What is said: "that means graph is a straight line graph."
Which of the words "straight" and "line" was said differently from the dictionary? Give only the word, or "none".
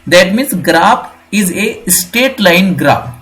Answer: straight